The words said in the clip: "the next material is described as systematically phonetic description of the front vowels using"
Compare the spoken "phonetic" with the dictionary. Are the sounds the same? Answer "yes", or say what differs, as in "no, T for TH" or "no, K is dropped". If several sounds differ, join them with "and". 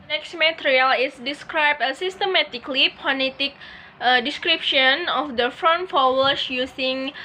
no, P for F